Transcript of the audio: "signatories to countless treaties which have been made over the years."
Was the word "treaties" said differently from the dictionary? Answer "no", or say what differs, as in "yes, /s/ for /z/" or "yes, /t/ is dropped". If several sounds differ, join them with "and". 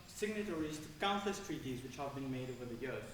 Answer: no